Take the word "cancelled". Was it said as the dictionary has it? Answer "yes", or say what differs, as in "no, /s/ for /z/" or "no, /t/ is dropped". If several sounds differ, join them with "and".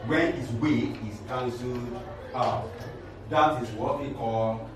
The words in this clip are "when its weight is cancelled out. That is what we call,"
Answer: no, /l/ is dropped